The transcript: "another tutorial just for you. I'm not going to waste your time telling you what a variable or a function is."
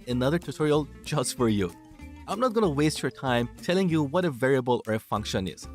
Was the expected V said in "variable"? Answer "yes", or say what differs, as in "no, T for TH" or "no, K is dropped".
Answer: yes